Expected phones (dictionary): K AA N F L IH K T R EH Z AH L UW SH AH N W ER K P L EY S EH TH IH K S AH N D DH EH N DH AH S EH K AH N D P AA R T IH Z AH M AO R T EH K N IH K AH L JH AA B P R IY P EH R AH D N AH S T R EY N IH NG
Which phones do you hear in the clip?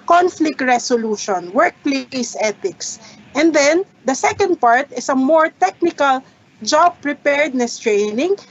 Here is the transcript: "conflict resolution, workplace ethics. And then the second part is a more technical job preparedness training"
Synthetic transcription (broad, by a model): K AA N F L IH K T R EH S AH L UW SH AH N W ER K P L EY S EH T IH K S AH N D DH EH N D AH S EH K AH N D P AA R T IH S AH M AO R T EH K N IH K AH L JH AA B P R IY P EH R D N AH S T R EY N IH NG